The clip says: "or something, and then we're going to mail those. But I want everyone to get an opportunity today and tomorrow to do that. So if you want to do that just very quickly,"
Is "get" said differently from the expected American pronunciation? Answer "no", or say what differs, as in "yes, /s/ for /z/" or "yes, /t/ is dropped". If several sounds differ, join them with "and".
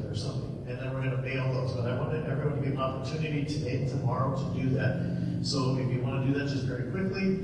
yes, /t/ is dropped